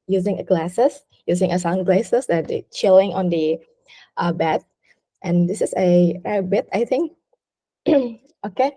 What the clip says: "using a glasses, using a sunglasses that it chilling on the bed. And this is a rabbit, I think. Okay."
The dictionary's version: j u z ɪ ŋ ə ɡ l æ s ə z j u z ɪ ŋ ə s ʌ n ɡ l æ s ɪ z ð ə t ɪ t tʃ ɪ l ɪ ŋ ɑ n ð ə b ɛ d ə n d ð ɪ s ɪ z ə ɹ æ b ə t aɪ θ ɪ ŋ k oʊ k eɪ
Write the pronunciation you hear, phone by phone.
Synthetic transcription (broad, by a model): j u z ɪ ŋ ə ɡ l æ s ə s j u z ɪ ŋ ə s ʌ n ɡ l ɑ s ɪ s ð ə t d tʃ ɪ l ɪ ŋ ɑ n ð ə b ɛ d ə n d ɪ s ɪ s ə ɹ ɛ b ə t aɪ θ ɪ ŋ k oʊ k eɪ